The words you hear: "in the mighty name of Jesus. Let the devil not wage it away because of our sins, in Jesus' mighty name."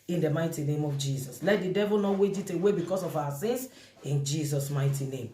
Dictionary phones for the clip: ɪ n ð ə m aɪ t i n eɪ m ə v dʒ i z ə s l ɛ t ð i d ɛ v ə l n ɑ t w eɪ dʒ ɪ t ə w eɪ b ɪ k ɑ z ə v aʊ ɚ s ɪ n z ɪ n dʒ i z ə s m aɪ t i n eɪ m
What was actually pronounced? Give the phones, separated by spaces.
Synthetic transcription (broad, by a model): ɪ n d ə m aɪ t i n eɪ m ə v dʒ i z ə s l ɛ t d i d ɛ v ə l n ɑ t w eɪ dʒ ɪ t ə w eɪ b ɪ k ɑ s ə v aʊ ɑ s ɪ n s ɪ n dʒ i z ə s m aɪ t i n eɪ m